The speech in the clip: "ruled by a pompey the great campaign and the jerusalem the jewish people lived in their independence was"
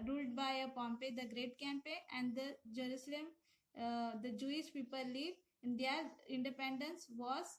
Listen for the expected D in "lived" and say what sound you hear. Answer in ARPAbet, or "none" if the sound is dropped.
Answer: none